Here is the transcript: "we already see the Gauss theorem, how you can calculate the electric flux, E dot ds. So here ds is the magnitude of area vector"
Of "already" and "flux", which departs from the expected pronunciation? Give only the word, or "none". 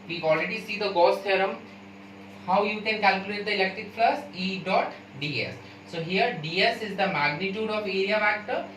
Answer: flux